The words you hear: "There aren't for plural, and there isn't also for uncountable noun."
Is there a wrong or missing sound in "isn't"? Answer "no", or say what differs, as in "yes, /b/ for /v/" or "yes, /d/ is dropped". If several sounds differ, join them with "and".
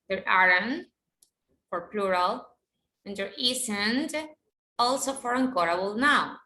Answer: yes, /s/ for /z/